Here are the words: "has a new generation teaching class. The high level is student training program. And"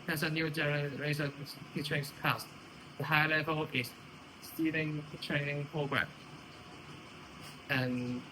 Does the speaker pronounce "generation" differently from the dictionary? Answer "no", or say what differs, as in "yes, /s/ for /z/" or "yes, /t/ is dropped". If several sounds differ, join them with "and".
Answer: yes, /s/ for /ʃ/